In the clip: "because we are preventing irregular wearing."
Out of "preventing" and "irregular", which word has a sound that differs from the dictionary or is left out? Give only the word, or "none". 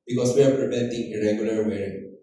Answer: preventing